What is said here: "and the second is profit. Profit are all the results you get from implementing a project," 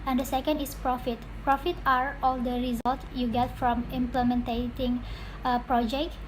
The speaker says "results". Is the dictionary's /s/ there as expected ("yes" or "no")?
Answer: no